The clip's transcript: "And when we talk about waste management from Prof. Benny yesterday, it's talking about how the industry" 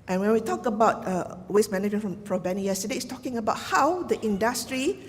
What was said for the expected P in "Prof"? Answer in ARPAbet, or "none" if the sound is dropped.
F